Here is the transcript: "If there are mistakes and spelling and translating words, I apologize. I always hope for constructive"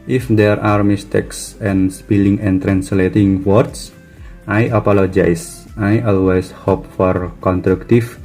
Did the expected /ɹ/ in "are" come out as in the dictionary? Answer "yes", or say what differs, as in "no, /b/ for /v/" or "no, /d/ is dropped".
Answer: yes